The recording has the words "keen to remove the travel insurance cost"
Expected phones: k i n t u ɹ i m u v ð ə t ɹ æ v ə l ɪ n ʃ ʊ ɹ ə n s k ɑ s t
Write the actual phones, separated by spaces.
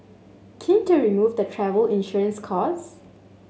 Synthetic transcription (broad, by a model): k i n t u ɹ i m u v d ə t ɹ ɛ v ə l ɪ n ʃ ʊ ɹ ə n s k ɑ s